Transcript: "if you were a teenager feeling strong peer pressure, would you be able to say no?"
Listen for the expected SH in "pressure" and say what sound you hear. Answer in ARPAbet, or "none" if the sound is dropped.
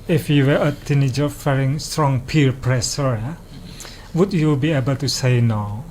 S